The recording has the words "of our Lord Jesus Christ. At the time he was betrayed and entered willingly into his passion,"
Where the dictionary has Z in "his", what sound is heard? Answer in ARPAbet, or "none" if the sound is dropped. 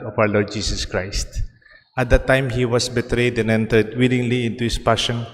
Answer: S